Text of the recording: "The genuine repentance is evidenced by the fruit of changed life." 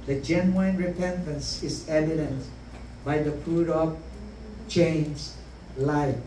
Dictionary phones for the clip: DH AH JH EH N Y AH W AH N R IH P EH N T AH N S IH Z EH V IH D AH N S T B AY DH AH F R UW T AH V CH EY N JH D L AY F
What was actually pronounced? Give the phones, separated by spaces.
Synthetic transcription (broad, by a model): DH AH JH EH N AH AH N R IH P EH N T AH N S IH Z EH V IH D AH N T B AY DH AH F UW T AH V CH EY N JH L AY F